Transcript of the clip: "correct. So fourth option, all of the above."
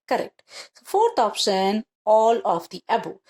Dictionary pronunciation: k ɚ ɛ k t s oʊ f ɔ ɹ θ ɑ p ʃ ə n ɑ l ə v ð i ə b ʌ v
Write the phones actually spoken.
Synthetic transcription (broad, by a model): k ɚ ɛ k t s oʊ f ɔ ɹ t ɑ p s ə n ɑ l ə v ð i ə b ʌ